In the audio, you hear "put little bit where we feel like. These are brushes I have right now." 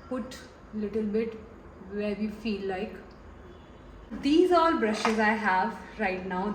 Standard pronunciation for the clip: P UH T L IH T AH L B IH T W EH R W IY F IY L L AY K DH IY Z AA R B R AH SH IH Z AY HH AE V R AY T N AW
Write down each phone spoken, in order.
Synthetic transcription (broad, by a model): P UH T L IH T AH L B IH T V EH R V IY F IY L L AY K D IY Z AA L B R AH SH IH Z AY HH AE V R AY T N AW